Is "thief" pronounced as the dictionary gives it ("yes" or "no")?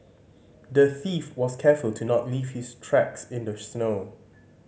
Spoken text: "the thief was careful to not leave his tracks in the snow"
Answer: yes